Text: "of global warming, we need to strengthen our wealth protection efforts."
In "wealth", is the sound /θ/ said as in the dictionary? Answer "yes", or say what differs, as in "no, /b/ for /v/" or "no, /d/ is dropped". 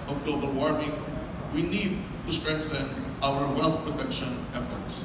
no, /t/ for /θ/